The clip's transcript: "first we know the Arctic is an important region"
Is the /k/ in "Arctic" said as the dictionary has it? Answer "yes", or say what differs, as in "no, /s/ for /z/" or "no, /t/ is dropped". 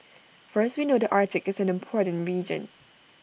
yes